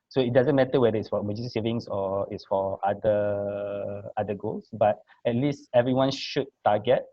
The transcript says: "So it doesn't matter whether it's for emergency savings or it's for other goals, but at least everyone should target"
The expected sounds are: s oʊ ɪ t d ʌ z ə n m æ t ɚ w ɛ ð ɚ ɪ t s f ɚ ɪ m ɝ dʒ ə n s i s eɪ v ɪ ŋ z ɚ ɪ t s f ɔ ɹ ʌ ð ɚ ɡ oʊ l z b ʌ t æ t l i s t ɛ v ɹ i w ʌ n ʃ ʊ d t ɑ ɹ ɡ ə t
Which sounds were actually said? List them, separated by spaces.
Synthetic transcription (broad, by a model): s oʊ ɪ t d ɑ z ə n m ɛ t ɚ w ɛ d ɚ ɪ t s f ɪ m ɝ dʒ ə s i s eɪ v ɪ ŋ s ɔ ɪ t s f ɔ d ʌ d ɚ ɡ oʊ l s b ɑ t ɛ t l i s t ɛ v ɹ i w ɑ n ʃ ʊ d t ɑ ɡ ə t